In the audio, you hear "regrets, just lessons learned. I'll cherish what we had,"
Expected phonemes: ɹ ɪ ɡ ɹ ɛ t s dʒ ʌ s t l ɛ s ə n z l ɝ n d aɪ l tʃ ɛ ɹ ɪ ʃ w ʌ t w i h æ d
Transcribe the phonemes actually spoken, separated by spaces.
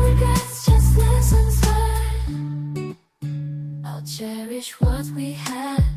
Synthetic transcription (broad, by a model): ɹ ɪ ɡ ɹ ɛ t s dʒ ʌ s t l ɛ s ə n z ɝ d aɪ l tʃ ɛ ɹ ɪ ʃ w ʌ t w i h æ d